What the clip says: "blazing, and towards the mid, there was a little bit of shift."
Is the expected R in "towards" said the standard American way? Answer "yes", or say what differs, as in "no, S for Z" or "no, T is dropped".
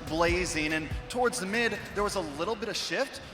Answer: yes